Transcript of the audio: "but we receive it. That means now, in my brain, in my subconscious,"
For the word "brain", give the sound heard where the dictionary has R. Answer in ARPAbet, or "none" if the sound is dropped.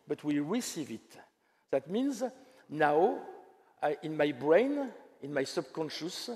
R